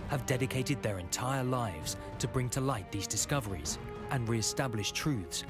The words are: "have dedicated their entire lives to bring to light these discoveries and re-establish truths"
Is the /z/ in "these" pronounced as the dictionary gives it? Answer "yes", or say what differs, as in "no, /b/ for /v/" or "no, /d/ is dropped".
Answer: yes